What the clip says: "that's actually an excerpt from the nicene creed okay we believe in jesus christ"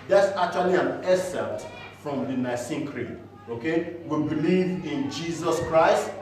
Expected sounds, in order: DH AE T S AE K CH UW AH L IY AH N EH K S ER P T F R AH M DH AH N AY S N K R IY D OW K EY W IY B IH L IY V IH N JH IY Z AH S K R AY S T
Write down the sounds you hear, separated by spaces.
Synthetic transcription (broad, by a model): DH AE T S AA K CH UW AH L IY AH N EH S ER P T F R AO M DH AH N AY S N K R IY OW K EY W IY B IH L IY V IH N JH IY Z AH S K R AY S T